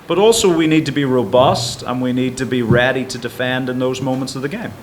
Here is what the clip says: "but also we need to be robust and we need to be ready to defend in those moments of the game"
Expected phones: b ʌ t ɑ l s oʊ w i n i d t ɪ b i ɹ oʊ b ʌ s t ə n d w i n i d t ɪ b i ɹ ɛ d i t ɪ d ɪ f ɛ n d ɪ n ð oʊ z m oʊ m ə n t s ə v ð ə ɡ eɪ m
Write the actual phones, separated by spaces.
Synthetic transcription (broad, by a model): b ʌ t ɑ l s oʊ w i n i d t ɪ b i ɹ oʊ b ʌ s t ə n w i n i d t ɪ b i ɹ ɛ d i t ɪ d ɪ f ɛ n d ɪ n ð oʊ z m oʊ m ə n t s ə v ð ə ɡ eɪ m